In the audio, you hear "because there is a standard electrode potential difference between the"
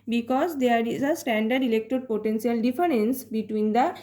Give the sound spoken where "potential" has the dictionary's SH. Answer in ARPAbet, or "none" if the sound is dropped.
S